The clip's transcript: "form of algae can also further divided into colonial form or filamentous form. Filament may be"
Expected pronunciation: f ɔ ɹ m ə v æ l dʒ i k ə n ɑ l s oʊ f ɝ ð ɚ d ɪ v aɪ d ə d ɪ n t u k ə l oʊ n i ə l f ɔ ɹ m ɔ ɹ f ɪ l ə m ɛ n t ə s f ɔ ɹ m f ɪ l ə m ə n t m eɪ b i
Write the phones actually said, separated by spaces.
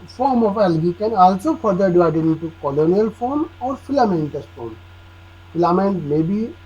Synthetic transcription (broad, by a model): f ɔ ɹ m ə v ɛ l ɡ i k ə n ɑ l s oʊ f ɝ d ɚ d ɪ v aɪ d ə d ɪ n t u k ə l oʊ n i ə l f ɔ ɹ m ɔ ɹ f ɪ l ə m ɛ n t ə s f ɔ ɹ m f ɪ l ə m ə n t m eɪ b i